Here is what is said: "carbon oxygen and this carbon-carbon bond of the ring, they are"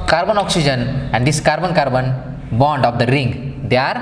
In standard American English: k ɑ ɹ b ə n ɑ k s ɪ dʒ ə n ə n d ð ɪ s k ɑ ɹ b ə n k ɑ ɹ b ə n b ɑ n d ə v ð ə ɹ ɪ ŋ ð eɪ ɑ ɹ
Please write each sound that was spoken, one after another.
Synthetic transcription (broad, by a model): k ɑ ɹ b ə n ɑ k s ɪ dʒ ə n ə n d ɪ s k ɑ ɹ b ə n k ɑ ɹ b ə n b ɑ n d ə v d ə ɹ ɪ ŋ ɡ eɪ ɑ ɹ